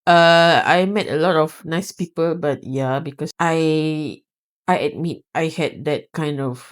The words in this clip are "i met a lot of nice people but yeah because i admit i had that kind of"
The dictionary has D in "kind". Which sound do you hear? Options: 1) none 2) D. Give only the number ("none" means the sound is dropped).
2